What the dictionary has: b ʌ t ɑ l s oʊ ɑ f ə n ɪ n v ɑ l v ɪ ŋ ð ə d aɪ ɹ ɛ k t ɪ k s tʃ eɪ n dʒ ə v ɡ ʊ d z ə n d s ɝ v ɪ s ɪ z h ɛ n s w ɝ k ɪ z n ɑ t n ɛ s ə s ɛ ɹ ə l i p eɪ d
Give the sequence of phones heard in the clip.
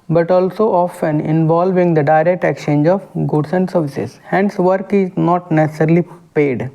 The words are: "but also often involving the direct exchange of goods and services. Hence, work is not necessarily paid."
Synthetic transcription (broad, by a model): b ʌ t ɑ l s oʊ ɑ f ə n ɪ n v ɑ l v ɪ ŋ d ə d aɪ ɹ ɛ k t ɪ k tʃ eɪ n dʒ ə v ɡ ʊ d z ə n d s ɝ v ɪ s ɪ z h ɛ n s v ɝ k ɪ z n ɑ t n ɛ s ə s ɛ ɹ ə l i p eɪ d